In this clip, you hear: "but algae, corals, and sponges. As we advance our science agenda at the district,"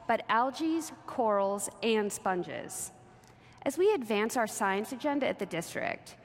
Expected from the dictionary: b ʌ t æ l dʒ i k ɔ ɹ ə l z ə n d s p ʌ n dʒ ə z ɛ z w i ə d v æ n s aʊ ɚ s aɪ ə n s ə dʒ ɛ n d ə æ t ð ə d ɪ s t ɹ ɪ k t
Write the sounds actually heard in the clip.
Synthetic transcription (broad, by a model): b ʌ t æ l dʒ i k ɔ ɹ l z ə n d s p ʌ n dʒ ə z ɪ z w i ə d v æ n s aʊ ɚ s aɪ ə n s ə dʒ ɛ n d ə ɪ t ð ə d ɪ s t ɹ ɪ k t